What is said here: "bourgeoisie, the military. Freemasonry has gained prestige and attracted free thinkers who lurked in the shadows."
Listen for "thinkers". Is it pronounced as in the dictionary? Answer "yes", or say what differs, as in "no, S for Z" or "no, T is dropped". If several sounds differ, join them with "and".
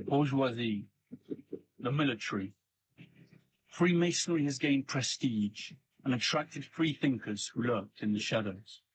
yes